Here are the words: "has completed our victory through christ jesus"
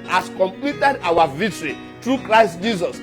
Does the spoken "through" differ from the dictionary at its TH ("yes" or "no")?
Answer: yes